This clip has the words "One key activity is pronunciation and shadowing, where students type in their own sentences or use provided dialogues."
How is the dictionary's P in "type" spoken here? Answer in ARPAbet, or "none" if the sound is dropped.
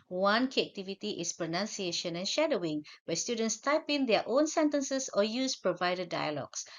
P